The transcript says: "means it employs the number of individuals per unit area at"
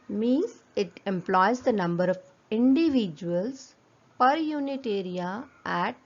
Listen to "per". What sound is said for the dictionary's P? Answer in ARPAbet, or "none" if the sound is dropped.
P